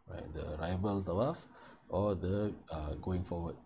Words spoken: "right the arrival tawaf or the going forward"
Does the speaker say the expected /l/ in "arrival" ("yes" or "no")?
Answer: yes